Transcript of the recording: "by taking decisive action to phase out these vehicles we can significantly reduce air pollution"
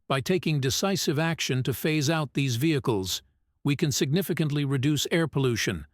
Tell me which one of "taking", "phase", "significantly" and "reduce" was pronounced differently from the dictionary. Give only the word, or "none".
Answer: none